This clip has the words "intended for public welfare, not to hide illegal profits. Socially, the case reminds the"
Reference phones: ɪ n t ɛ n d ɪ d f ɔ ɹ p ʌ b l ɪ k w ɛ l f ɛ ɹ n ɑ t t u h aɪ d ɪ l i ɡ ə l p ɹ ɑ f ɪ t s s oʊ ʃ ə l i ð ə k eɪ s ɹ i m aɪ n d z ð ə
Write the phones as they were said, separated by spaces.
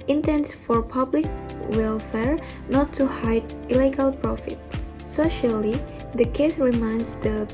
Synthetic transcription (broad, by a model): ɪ n t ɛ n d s f ɔ ɹ p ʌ b l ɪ k w ɛ l f ɛ ɹ n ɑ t t u h aɪ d ɪ l i ɡ ə l p ɹ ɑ f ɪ t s s oʊ ʃ ə l i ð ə k eɪ s ɹ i m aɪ n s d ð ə